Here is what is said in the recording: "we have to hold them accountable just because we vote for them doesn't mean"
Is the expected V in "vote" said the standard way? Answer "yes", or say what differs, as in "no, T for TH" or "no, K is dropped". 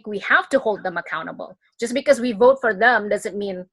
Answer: yes